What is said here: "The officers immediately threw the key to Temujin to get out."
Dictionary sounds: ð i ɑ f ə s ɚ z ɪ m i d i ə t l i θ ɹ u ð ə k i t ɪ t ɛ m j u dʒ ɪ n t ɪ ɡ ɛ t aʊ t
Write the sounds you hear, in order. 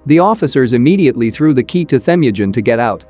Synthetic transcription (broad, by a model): ð i ɑ f ə s ɚ z ɪ m i d i ə t l i θ ɹ u ð ə k i t ɪ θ ɛ m j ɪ dʒ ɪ n t ɪ ɡ ɛ t aʊ t